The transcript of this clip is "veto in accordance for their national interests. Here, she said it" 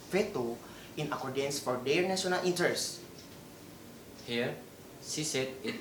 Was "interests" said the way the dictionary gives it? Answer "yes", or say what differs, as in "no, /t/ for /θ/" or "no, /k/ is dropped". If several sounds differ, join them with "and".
no, /ɹ/ is dropped